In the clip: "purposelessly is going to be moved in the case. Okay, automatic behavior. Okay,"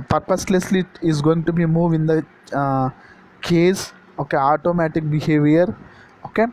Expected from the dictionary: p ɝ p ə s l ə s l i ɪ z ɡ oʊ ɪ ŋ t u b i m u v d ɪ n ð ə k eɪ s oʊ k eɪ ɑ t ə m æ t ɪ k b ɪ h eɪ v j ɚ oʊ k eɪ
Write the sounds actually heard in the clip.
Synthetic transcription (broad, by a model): p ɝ p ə s l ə s l i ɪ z ɡ oʊ ɪ ŋ t u b i m u v ɪ n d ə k eɪ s oʊ k eɪ ɑ t ə m æ t ɪ k b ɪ h eɪ v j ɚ oʊ k eɪ